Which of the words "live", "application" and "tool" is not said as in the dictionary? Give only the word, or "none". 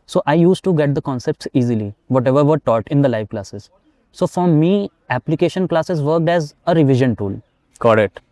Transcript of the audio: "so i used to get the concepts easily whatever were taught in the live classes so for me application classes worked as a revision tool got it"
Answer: none